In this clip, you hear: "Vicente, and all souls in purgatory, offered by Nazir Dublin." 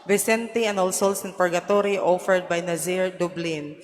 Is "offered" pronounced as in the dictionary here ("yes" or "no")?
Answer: yes